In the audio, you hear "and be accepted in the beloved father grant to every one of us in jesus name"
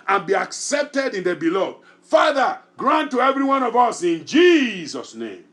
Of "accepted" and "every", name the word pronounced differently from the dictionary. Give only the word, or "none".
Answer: none